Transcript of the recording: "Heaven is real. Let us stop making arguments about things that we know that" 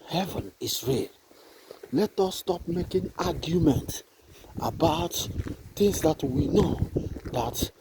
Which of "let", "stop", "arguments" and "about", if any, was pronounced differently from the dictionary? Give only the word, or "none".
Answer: arguments